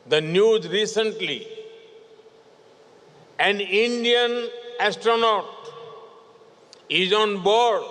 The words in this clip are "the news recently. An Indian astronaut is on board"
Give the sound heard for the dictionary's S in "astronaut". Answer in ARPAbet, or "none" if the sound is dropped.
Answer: S